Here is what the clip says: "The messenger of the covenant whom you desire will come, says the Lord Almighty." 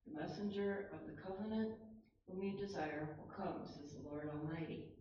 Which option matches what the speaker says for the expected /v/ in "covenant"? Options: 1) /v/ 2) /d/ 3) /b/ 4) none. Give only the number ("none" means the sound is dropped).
1